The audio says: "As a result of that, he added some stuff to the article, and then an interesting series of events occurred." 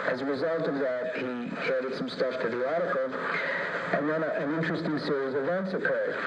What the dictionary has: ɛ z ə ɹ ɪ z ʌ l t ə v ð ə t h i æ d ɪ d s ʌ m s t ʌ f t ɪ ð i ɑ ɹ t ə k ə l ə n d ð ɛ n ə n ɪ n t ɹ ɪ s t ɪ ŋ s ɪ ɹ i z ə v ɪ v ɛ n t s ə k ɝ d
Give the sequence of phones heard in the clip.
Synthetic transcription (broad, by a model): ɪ z ə ɹ ɪ z ʌ l t ə v ð ə t h i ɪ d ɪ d s ʌ m s t ʌ f t ɪ ð i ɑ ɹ t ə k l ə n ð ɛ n ə n ɪ n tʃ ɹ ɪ s t ɪ ŋ s ɪ ɹ i z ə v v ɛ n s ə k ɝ